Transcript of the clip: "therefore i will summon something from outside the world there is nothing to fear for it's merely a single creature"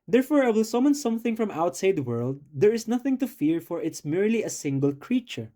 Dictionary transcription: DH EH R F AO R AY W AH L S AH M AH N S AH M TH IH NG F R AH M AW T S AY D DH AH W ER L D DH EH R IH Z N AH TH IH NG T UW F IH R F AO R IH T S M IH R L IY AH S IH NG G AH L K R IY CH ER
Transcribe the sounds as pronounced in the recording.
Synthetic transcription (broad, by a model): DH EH R F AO R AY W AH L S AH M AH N S AH M TH IH NG F R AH M AW T S AY D W ER L D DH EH R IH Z N AH TH IH NG T UW F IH R F AO R IH T S M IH R L IY AH S IH NG G AH L K R IY CH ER